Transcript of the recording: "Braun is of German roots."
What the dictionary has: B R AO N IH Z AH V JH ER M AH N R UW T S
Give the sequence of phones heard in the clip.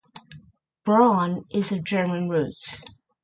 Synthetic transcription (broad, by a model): B R AO N IH Z AH V JH ER M AH N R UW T